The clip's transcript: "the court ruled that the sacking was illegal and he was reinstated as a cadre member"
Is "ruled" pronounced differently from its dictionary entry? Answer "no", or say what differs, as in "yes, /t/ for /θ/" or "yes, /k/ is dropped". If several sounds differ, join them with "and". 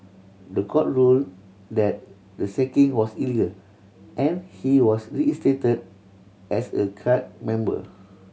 no